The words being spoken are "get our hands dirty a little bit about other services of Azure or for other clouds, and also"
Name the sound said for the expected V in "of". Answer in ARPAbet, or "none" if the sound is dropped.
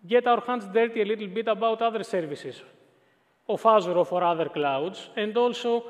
F